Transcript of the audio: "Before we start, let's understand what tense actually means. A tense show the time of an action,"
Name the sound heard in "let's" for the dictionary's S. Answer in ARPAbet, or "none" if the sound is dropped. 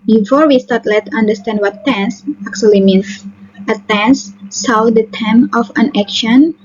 none